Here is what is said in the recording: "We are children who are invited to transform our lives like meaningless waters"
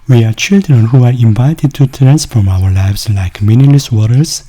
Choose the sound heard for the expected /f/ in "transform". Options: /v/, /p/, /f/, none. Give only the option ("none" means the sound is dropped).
/f/